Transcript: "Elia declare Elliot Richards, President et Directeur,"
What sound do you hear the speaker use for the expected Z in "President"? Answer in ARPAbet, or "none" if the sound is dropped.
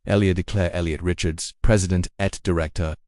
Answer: Z